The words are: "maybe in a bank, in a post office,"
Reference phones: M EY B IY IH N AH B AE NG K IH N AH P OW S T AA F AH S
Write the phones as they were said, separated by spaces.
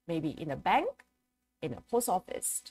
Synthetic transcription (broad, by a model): M EY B IY IH N AH B AE NG K IH N AH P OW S AA F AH S